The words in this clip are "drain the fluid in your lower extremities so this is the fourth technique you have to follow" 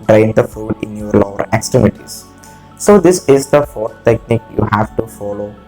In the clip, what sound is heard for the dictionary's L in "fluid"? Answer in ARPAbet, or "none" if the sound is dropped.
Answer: none